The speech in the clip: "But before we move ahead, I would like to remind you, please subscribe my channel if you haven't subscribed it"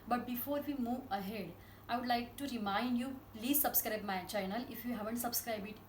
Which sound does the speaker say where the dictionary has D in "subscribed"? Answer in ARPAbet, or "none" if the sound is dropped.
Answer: none